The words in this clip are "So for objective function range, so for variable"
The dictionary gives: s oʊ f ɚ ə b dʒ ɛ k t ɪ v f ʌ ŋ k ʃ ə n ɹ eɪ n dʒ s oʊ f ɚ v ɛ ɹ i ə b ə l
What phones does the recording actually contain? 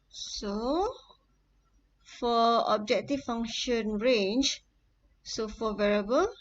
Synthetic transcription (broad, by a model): s oʊ f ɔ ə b dʒ ɛ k t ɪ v f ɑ ŋ ʃ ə n ɹ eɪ n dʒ s oʊ f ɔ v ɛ ɹ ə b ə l